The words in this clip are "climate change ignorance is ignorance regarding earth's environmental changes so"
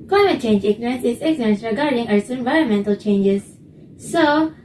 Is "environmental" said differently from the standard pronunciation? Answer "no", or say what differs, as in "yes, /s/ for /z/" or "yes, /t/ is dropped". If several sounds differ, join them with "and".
no